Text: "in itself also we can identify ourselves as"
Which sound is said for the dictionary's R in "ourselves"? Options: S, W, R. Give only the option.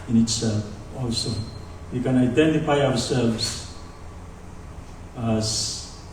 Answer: W